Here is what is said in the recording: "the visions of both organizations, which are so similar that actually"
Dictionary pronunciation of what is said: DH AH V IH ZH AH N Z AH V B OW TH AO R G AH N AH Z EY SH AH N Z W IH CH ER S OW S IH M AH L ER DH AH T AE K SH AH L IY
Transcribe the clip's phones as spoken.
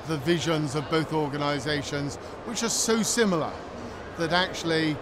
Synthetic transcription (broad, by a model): DH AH V IH ZH AH N Z AH V B OW TH AO R G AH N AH Z EY SH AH N Z W IH CH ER S OW S IH M L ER DH AH T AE K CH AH L IY